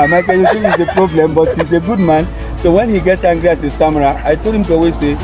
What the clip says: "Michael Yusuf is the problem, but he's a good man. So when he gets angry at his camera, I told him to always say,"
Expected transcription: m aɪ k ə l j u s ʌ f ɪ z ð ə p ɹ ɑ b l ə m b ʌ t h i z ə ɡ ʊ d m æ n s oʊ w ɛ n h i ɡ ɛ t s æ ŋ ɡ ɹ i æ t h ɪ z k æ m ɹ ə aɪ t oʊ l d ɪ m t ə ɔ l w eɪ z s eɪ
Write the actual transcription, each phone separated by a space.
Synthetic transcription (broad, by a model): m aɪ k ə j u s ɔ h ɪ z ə p ɹ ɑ b l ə m b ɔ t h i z ə ɡ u d m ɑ n s oʊ w ɛ n h i ɡ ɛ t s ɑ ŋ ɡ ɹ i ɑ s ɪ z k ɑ m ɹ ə aɪ t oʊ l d ɪ m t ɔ w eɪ s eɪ